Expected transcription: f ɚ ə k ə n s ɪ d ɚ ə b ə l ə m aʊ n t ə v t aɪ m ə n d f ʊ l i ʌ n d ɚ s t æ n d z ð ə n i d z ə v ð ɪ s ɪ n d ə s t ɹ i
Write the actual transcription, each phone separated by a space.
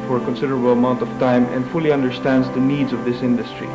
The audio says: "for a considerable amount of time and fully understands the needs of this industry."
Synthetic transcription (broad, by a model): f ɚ ə k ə n s ɪ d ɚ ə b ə l ə m aʊ n t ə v t aɪ m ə n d f ʊ l i ʌ n d ɚ s t æ n d z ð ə n i d z ə v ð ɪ s ɪ n d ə s t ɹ i